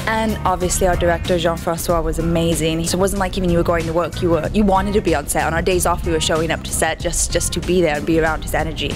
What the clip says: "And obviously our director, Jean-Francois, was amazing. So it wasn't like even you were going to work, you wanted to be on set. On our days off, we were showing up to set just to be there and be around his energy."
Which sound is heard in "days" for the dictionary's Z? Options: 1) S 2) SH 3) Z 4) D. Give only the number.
3